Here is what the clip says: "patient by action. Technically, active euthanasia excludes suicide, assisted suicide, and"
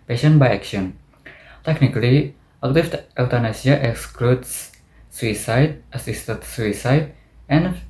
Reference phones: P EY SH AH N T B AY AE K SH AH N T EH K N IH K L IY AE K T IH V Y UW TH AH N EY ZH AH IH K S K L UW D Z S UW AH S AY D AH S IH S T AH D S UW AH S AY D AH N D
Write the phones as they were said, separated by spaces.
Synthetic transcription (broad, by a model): P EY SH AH N B AY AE K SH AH N T EH K N IH K L IY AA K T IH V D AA T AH N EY S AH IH K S K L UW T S S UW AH S AY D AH S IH S T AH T S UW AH S AY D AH N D